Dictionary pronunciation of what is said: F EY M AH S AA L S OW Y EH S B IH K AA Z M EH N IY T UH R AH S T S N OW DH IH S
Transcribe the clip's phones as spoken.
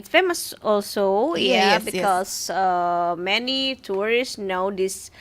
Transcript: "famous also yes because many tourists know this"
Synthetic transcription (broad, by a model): F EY M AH S AA L S OW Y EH B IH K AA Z M EH N IY T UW R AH S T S N OW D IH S